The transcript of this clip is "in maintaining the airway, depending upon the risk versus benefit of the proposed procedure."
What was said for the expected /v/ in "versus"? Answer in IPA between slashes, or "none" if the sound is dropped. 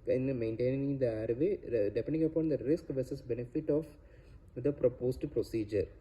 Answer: /v/